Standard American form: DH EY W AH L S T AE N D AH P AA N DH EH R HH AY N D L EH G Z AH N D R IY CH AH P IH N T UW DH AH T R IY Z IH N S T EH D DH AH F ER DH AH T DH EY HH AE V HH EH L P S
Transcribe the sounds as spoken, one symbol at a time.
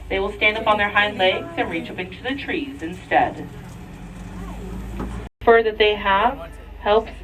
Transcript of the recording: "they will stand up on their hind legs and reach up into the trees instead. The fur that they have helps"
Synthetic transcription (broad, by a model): DH EY W AH L S T AE N D AH P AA N DH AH R HH AY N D L EH G Z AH N R IY CH AH P IH N T UW DH AH T R IY Z IH N S T EH D F ER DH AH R DH EY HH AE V HH EH L P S